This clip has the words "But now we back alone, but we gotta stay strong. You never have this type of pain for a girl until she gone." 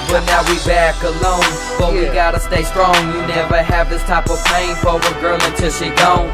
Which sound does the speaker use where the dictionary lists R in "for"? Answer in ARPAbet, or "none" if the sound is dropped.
W